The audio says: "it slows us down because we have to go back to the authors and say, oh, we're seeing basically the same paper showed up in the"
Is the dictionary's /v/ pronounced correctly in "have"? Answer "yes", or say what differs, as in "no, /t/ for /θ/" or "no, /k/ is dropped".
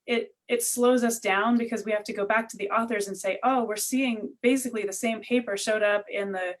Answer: no, /f/ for /v/